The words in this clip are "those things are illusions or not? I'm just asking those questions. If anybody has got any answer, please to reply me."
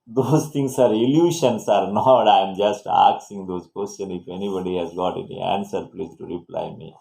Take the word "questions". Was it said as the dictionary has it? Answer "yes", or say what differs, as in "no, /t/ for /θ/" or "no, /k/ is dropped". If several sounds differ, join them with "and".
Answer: no, /z/ is dropped